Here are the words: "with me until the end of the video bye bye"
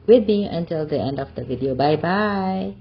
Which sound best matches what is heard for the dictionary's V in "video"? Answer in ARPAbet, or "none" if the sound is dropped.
V